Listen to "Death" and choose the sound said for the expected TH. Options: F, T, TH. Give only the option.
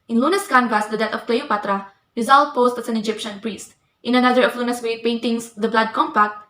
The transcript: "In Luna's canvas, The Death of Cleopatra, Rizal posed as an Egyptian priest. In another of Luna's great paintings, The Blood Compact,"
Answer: T